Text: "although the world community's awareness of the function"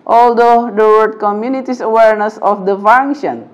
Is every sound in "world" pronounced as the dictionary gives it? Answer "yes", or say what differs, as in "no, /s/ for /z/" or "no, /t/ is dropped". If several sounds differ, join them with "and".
no, /l/ is dropped